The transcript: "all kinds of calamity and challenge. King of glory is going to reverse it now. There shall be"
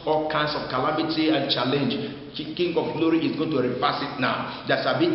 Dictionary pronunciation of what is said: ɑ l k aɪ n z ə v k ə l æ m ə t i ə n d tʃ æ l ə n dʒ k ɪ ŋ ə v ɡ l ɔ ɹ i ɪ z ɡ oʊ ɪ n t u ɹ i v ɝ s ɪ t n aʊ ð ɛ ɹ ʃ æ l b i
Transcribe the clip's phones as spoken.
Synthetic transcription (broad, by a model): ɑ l k aɪ n s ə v k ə l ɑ m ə t i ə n tʃ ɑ l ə n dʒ k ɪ ŋ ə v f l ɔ ɹ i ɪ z ɡ oʊ ɪ n t u ɹ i f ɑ s ɪ t n aʊ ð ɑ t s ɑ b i